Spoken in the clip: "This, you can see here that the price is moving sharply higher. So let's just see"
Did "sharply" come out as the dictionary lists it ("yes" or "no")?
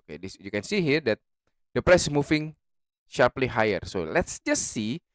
yes